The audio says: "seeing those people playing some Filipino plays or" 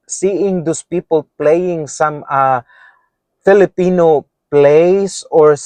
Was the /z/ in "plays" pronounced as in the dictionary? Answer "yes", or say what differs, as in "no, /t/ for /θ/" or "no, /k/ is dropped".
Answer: no, /s/ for /z/